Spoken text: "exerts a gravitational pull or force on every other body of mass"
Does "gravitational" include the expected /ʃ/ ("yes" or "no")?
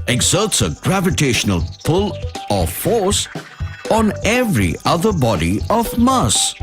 yes